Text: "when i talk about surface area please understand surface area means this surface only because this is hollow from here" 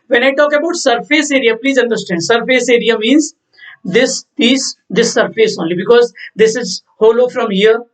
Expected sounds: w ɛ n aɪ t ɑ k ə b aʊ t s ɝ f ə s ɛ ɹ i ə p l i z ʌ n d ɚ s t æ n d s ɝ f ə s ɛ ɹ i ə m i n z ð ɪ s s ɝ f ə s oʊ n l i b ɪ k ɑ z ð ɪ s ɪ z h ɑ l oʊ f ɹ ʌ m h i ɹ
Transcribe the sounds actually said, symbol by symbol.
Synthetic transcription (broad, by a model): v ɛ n aɪ t ɑ k ə b aʊ t s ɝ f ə s ɛ ɹ i ə p l i z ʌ n d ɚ s t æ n d s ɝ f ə s ɛ ɹ i ə m i n z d ɪ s s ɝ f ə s oʊ n l i b ɪ k ɑ z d ɪ s ɪ z h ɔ l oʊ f ɹ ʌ m h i ɹ